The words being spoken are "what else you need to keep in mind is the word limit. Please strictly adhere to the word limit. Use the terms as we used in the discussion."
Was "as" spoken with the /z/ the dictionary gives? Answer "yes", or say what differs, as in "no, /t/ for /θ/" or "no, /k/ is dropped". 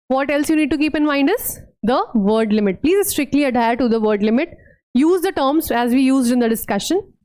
yes